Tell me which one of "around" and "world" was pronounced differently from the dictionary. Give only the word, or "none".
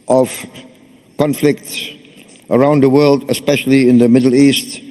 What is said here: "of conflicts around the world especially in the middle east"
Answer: none